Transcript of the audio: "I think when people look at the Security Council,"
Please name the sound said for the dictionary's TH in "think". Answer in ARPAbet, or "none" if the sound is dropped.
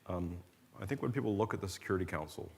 TH